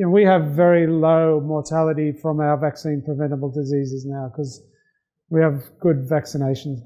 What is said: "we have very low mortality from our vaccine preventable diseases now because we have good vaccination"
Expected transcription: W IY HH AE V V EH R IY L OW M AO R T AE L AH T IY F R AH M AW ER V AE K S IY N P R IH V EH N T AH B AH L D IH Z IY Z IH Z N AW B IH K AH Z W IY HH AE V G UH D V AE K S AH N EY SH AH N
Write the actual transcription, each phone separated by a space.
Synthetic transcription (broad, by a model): W IY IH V V EH R IY L OW M AO R T AE L AH T IY F R AH M AW ER V AE K S IY N P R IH V EH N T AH B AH L D IH Z IY Z IH Z N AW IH K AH Z W IY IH V G UH D V AE K S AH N EY SH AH N